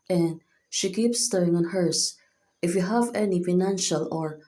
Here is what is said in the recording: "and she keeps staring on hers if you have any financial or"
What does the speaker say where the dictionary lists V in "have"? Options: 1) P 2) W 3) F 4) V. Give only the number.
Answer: 4